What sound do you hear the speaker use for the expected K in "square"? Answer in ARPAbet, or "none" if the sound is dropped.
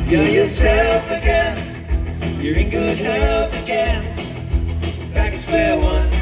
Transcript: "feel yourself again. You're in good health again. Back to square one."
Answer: none